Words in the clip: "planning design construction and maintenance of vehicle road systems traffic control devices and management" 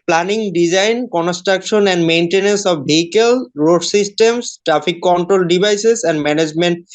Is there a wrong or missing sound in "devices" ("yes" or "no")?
yes